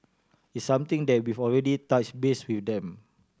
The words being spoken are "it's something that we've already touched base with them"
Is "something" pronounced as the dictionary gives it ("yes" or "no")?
no